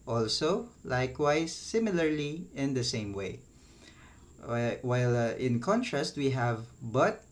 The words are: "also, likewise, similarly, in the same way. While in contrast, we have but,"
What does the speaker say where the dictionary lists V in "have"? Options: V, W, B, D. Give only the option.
V